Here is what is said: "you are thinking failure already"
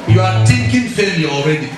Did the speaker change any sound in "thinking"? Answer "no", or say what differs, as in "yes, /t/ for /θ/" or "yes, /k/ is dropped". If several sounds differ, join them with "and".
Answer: yes, /t/ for /θ/